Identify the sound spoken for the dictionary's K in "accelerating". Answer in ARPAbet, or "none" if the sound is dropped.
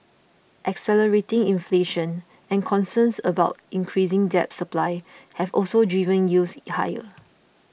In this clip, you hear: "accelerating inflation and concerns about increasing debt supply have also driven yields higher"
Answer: K